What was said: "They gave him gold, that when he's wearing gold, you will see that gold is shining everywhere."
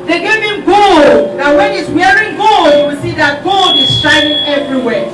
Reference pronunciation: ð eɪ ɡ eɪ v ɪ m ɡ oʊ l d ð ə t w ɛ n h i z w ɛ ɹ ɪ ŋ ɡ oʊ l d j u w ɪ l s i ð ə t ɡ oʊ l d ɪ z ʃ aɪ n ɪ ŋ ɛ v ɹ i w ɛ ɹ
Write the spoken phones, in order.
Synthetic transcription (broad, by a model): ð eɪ ɡ eɪ v ɪ m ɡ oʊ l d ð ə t w ɛ n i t w ɛ ɹ ɪ ŋ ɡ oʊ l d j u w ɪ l s i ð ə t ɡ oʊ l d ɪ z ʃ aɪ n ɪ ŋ ɛ v ɹ i w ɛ